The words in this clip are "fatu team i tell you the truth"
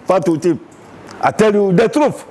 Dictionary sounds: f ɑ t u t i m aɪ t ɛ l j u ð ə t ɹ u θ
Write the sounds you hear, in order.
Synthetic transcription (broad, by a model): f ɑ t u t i aɪ t ɛ l j u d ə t ɹ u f